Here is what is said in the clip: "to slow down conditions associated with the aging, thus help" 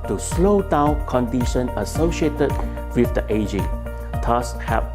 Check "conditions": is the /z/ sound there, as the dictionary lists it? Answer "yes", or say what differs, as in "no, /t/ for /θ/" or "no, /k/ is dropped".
no, /z/ is dropped